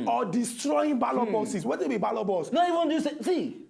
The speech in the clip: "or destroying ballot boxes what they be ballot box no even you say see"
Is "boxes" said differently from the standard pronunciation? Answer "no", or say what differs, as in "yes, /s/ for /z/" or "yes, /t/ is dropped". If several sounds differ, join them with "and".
yes, /k/ is dropped and /s/ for /z/